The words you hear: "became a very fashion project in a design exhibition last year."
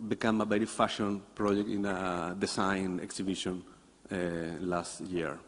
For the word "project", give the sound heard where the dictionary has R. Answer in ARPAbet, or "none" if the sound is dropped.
R